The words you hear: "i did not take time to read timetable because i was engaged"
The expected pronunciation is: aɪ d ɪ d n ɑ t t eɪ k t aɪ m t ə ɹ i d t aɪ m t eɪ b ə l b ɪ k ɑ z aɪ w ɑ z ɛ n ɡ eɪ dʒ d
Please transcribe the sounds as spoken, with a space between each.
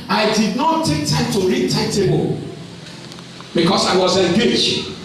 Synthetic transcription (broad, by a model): aɪ d ɪ d n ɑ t t eɪ k t aɪ m t ə ɹ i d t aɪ t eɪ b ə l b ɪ k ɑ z aɪ w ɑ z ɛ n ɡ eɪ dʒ